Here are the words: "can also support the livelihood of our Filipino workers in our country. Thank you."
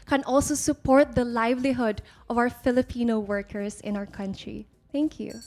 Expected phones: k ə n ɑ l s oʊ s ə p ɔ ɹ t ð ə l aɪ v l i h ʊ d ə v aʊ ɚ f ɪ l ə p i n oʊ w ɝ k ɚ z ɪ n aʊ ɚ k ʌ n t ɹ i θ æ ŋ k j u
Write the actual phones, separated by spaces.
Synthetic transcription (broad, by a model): k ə n ɑ l s oʊ s ə p ɔ ɹ t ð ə l aɪ v l i h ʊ d ə v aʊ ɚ f ɪ l ə p i n oʊ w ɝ k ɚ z ɪ n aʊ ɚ k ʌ n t ɹ i t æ ŋ k j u